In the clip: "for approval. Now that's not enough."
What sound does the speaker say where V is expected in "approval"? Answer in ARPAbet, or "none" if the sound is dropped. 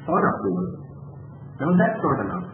none